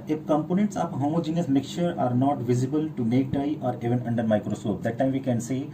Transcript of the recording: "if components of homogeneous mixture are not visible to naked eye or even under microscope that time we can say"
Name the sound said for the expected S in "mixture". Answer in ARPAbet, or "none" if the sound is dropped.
none